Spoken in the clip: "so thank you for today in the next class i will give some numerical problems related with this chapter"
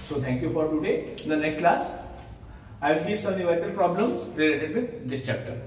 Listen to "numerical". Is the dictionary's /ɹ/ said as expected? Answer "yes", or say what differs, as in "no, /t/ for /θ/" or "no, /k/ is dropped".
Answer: no, /ɹ/ is dropped